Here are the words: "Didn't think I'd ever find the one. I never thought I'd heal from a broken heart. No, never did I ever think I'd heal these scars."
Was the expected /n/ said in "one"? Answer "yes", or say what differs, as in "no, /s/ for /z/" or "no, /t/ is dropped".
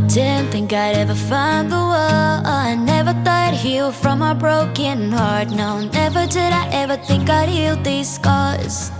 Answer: no, /n/ is dropped